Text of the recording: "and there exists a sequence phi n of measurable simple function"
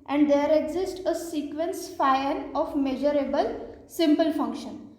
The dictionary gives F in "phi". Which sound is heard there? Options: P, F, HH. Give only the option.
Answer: F